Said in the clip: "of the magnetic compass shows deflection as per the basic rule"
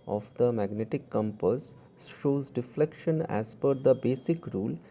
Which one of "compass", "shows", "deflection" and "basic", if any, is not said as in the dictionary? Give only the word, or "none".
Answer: none